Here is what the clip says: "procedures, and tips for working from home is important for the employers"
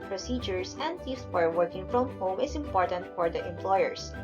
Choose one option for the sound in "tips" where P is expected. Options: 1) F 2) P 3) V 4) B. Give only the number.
1